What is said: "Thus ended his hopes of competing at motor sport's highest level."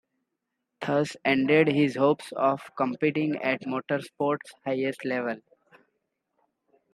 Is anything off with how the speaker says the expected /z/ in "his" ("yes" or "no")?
no